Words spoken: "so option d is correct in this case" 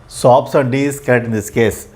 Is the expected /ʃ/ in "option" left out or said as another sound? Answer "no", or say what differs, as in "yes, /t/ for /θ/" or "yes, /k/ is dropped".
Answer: yes, /s/ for /ʃ/